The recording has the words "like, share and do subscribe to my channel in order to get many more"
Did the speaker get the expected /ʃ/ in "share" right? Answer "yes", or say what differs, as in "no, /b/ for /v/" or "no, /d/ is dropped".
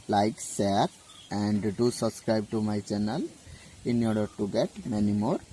no, /s/ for /ʃ/